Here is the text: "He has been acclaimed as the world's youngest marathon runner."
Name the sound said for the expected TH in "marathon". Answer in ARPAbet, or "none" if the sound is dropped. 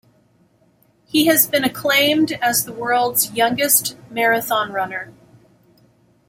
TH